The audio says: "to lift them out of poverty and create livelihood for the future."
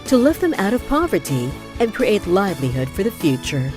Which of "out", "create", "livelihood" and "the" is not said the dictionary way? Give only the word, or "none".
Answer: none